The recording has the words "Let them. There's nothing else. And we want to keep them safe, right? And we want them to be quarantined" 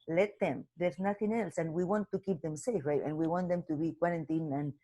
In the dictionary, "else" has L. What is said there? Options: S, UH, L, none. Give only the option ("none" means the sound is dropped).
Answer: L